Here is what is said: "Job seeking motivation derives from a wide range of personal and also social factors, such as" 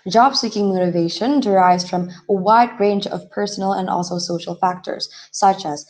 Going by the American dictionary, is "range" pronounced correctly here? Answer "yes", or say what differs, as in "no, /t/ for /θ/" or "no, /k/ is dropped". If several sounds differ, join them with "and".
yes